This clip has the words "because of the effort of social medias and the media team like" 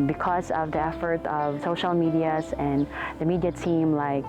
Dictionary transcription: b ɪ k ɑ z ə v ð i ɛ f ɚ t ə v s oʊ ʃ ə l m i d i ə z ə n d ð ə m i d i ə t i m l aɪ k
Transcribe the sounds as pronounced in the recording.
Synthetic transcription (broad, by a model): b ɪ k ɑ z ə v ð i ɛ f ɚ t ə v s oʊ ʃ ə l m i d i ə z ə n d ð ə m i d i ə t i m l aɪ k